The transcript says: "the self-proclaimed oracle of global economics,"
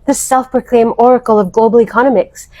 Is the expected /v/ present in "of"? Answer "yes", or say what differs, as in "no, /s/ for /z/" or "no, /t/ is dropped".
yes